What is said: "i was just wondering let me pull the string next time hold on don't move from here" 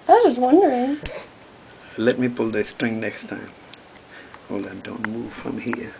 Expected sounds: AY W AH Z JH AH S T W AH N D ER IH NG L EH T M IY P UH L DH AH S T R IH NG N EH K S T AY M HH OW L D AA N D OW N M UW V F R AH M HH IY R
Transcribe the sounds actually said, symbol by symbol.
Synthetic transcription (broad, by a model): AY W AH Z W AH N D ER IH NG L EH T M IY P UH L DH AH S T R IH NG N EH K S T AY M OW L AA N D OW N M UW V F R AH M HH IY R